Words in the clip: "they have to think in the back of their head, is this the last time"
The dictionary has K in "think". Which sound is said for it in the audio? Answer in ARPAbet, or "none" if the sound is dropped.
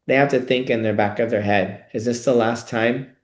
K